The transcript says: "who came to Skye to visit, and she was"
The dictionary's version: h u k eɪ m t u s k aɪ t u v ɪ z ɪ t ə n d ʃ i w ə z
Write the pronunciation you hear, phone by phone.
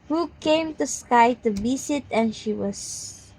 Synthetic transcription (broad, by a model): h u k eɪ m t u s k aɪ t u b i s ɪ t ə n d ʃ i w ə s